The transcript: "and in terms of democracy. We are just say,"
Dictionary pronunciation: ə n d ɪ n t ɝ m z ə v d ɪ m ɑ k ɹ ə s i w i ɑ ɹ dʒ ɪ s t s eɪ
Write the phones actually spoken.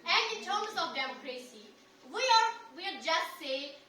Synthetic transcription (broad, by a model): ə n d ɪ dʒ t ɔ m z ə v d ɪ m ɑ k ɹ ə s i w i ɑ w dʒ ɪ s t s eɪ